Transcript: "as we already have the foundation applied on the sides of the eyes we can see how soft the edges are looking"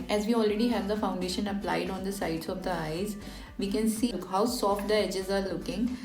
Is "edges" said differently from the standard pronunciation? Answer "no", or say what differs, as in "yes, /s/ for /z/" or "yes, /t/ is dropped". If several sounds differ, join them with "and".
no